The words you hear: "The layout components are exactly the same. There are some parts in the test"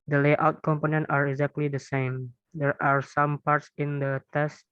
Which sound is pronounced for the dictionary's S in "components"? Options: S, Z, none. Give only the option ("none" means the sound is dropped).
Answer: none